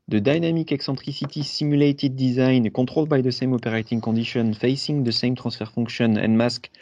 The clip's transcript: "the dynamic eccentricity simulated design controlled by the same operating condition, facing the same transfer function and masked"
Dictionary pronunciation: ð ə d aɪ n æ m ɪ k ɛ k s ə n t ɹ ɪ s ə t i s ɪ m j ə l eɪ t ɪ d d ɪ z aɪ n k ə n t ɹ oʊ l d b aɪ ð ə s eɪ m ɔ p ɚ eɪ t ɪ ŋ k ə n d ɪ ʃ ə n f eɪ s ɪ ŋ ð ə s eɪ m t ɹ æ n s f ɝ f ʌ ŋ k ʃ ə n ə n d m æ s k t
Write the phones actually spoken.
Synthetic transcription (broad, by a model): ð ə d aɪ n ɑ m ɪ k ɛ k s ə t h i s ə t i s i m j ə l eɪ t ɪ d d ɪ z aɪ n k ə t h oʊ l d b aɪ ð ə s eɪ m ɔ p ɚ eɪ t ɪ ŋ k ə d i ʃ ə n f eɪ s ɪ ŋ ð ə s eɪ m t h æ s f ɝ f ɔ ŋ k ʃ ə n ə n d m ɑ s k